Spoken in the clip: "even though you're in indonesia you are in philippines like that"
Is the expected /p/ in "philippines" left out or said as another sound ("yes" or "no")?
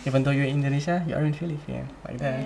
yes